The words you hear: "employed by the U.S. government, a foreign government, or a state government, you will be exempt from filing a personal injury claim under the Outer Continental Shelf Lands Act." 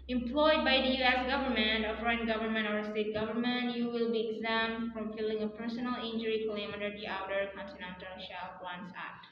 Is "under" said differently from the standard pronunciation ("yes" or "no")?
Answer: yes